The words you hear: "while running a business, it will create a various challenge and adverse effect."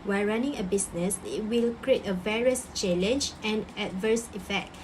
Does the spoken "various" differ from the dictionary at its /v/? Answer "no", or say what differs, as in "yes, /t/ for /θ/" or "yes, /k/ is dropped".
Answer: no